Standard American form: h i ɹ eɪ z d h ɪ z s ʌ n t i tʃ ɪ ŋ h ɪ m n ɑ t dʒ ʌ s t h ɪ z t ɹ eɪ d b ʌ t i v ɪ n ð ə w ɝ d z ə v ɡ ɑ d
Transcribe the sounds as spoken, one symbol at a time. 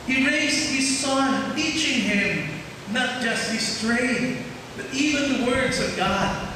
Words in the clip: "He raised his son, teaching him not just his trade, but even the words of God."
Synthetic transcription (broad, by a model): h i ɹ eɪ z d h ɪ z s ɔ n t i tʃ ɪ ŋ h ɪ m n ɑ t dʒ ʌ s t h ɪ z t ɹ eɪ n b ʌ t i v ɪ n ð ə w ɝ d z ə v ɡ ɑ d